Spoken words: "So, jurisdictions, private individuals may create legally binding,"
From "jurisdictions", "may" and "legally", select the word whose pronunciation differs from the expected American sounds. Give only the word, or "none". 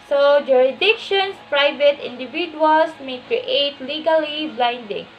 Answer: jurisdictions